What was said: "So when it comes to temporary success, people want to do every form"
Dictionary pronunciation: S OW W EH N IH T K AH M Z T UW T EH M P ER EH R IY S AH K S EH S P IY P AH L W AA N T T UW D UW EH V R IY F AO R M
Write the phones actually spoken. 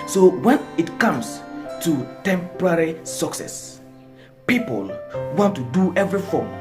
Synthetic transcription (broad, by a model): S OW W EH N IH T K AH M S T UW T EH M P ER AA R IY S AH K S EH S P IY P AH L W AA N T T UW D UW EH V R IY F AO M